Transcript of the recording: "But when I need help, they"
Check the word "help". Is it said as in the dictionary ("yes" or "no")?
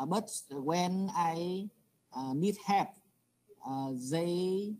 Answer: no